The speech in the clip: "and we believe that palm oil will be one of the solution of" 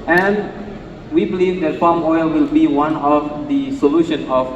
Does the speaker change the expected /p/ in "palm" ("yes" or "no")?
yes